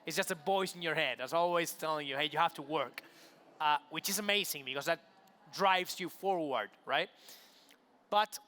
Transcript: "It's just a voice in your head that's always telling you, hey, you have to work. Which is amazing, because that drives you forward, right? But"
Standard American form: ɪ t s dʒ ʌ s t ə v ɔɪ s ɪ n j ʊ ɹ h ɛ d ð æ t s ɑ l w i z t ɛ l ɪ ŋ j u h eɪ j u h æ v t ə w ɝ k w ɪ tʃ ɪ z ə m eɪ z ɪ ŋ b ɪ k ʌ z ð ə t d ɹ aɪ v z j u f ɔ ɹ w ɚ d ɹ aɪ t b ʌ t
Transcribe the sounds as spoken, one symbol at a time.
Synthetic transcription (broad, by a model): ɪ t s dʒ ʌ s t ə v ɔɪ s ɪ n j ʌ ɹ h ɛ d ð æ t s ɑ l w i z t ɛ l ɪ ŋ j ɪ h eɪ j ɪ h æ f t ə w ɝ k w ɪ tʃ ɪ z ə m eɪ z ɪ ŋ b ɪ k ʌ z ð ə t d ɹ aɪ v z j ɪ f ɔ ɹ w ɚ d ɹ aɪ t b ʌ t